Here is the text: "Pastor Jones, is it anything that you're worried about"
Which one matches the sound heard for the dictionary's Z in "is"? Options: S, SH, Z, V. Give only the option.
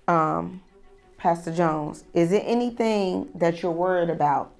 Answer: Z